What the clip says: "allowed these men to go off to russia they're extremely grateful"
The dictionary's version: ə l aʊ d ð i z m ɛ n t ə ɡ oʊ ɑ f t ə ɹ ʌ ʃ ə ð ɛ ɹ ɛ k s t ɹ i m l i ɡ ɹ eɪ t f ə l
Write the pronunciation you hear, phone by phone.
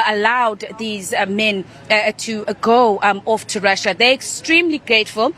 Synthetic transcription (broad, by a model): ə l aʊ d ð i z m ɛ n t ə ɡ oʊ ɑ f t ə ɹ ʌ ʃ ə ð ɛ ɹ ɛ k s t ɹ i m l i ɡ ɹ eɪ t f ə l